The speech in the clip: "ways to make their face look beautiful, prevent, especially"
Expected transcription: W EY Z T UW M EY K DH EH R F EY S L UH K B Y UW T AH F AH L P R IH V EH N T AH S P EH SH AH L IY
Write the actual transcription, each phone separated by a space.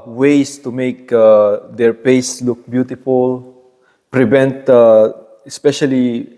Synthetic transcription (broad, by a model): W EY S T UW M EY K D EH R P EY S L UH K B Y UW T AH F AH L P R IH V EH N T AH S P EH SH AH L IY